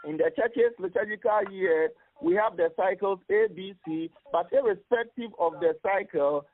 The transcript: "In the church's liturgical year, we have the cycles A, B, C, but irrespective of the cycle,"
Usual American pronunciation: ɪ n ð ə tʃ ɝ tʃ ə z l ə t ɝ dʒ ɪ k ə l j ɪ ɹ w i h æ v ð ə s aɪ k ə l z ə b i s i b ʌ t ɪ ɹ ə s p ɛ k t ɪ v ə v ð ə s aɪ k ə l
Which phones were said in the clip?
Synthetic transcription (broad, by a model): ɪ n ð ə tʃ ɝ tʃ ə s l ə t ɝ dʒ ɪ k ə l j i w i h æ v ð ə s aɪ k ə l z ə b i s i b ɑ t ɪ ɹ ə s p ɛ k t ɪ v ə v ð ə s aɪ k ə l